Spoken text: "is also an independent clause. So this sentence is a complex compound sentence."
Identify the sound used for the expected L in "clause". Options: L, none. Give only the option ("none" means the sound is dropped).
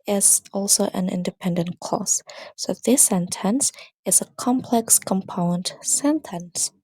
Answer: none